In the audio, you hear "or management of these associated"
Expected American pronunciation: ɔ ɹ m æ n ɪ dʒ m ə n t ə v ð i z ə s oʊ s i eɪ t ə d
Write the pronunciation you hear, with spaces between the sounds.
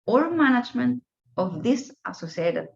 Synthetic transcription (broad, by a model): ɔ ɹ m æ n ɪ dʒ m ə n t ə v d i s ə s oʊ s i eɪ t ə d